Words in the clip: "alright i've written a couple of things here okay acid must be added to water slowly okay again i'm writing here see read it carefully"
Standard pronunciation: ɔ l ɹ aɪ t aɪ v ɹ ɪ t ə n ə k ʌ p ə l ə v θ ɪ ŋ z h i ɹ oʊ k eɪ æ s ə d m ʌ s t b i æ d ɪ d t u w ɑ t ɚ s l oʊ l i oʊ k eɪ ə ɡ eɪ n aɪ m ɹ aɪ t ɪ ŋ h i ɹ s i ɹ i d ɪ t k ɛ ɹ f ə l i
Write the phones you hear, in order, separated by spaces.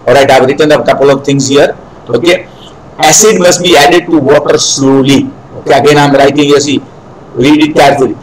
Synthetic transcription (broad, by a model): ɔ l ɹ aɪ t aɪ v ɹ ɪ t ə n ə k ʌ p ə l ə v t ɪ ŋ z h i ɹ oʊ k eɪ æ s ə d m ʌ s t b i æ d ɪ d t u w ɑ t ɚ s l oʊ l i oʊ k eɪ ə ɡ eɪ n aɪ m ɹ aɪ t ɪ ŋ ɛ s i ɹ i d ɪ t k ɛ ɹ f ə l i